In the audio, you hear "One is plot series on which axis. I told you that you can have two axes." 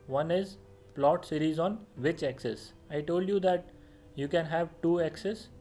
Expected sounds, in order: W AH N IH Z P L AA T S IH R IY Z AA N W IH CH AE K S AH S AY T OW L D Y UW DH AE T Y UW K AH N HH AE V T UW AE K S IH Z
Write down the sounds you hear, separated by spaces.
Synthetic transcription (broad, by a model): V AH N IH Z P L AA T S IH R IY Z AA N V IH CH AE K S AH S AY T OW L D Y UW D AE T Y UW K AH N HH AE V T UW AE K S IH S